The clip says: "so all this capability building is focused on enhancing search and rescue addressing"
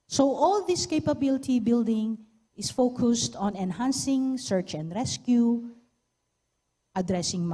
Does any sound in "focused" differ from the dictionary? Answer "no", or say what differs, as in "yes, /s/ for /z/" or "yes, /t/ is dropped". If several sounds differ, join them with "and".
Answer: no